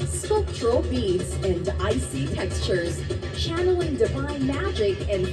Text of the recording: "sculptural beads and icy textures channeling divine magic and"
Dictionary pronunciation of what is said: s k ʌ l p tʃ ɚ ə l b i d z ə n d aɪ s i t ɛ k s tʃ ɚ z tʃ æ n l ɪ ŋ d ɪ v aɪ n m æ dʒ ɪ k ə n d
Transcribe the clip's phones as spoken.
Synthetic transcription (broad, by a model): s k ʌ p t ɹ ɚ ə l b i d z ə n aɪ s i t ɛ k s tʃ ɚ z tʃ æ n l ɪ ŋ d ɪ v aɪ n m æ dʒ ɪ k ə n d